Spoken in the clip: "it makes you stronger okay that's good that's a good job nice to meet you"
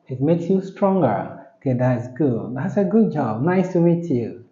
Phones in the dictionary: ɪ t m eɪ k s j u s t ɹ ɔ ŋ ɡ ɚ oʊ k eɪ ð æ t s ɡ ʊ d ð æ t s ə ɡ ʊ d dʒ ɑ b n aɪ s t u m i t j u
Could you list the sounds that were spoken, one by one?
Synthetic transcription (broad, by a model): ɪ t m eɪ k s j u s t ɹ ɔ ŋ ɡ ɚ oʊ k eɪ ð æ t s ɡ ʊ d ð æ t s ə ɡ ʊ d dʒ ɑ b n aɪ s t u m i t j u